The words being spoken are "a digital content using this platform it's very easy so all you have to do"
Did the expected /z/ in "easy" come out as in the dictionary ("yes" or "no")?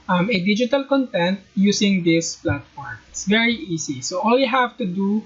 no